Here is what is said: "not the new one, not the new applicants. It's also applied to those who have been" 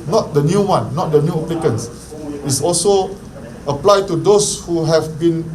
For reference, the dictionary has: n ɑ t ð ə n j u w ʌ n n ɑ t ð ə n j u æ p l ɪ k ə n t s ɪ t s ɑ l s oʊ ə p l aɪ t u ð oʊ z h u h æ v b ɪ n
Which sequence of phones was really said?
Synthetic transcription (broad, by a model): n ɑ t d ə n j u w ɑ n n ɑ t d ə n j u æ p l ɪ k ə n s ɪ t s ɑ l s oʊ ə p l aɪ t u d oʊ s h u h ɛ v b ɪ n